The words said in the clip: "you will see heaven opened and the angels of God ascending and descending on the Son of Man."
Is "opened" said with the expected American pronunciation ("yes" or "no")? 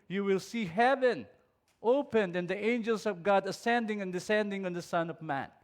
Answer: yes